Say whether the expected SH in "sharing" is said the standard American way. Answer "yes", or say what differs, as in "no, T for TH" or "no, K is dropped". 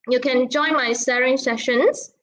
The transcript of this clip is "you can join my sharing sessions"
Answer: no, S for SH